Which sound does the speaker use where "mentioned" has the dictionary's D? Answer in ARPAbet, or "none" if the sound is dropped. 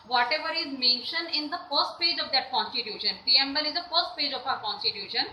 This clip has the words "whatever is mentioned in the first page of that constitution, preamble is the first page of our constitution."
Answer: D